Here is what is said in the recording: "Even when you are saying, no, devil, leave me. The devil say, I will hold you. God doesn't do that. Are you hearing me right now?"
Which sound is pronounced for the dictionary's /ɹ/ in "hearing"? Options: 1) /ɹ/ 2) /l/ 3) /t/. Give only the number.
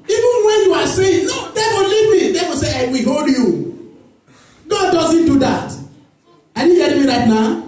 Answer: 2